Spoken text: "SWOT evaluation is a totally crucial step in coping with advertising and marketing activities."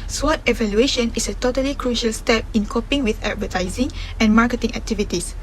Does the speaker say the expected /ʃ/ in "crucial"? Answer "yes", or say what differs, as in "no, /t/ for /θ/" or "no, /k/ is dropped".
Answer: yes